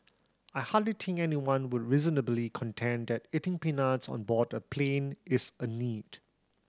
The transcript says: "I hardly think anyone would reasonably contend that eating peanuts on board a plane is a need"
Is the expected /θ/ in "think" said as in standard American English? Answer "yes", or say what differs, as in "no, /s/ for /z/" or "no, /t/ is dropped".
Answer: no, /t/ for /θ/